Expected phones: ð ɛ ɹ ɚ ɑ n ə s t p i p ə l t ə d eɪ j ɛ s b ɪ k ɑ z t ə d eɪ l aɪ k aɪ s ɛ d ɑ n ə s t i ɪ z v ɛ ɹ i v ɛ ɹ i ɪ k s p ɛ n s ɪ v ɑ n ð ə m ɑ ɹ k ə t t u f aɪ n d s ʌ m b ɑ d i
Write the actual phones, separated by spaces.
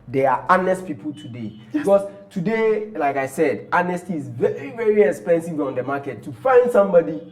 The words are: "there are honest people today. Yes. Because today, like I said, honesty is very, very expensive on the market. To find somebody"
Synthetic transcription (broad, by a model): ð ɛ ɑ ɑ n ə s t p i p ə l t ə d eɪ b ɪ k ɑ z t ə d eɪ l aɪ k aɪ s ɛ d ɑ n ə s t i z v ɛ ɹ i v ɛ ɹ i ɪ k s p ɛ n s ɪ v ɑ n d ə m ɑ k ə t t u f aɪ n d s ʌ m b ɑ d i